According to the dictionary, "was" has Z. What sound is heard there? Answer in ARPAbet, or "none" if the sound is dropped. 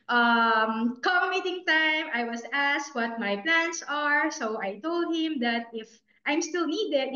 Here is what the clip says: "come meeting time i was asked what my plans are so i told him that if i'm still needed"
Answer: S